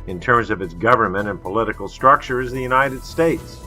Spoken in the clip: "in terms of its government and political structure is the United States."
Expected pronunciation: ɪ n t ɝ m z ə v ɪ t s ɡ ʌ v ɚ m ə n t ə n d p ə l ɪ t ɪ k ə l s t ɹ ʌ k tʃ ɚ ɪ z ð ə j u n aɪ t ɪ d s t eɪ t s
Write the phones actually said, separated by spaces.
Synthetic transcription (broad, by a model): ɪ n t ɝ m z ə v ɪ t s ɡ ʌ v ɚ m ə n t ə n p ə l ɪ t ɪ k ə l s t ɹ ʌ k tʃ ɚ ɪ z ð ə j u n aɪ t ɪ d s t eɪ t s